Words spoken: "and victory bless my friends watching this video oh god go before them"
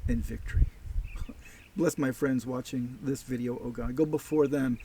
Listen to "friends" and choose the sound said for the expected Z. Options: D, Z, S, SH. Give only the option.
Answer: Z